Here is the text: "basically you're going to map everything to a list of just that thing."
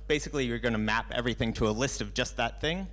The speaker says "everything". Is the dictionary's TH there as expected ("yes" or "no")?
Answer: yes